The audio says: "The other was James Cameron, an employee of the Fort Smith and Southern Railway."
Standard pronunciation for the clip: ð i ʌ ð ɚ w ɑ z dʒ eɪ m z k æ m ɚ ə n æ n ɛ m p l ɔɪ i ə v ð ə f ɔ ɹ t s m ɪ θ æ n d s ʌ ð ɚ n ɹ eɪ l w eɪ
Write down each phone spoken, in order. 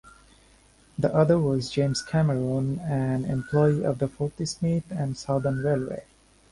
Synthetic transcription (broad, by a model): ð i ʌ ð ɚ w ɑ z dʒ eɪ m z k æ m ɚ ə n æ n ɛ m p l ɔɪ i ə v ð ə f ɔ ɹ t s m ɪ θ æ n d s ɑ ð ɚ n ɹ eɪ l w eɪ